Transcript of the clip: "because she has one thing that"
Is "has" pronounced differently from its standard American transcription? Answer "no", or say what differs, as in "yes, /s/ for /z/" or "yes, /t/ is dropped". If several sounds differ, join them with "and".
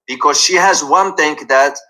no